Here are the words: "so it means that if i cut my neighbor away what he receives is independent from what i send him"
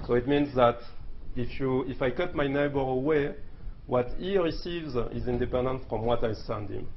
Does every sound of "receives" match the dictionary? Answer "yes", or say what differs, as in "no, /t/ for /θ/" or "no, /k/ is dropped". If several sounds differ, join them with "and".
yes